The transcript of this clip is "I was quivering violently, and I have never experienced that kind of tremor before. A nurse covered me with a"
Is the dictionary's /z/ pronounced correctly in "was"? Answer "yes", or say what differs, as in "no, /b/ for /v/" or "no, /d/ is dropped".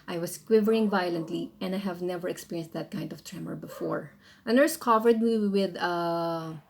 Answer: no, /s/ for /z/